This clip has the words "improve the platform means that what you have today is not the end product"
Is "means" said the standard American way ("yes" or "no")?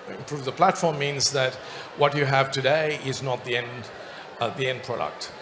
yes